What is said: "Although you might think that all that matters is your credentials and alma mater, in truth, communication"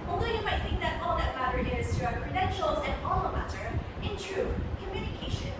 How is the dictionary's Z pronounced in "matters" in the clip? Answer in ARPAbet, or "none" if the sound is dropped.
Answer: none